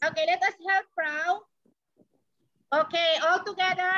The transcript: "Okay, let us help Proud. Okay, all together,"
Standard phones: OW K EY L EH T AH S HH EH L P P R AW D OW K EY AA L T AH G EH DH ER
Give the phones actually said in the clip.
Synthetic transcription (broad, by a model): OW K EY L EH T AH S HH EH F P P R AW OW K EY AA L T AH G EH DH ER